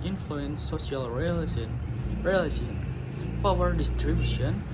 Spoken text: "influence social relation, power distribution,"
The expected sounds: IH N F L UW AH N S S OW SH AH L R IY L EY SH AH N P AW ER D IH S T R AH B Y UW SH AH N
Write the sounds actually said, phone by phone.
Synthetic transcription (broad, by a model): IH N F L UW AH N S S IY AH L R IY L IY S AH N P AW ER D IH S T R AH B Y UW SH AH N